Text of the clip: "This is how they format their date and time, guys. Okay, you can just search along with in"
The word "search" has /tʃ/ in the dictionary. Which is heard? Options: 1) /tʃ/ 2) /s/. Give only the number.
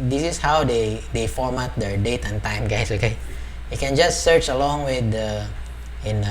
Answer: 1